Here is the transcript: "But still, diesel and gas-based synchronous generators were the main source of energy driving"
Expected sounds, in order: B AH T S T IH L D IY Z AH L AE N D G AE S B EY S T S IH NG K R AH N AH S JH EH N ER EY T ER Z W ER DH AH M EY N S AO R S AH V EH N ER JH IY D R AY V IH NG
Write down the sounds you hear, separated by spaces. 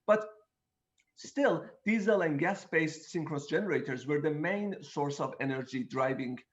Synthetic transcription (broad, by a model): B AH T S T IH L D IY Z AH L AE N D G AE S B EY S T S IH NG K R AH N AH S JH EH N ER EY T ER Z W ER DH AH M EY N S AO R S AH V EH N ER JH IY D R AY V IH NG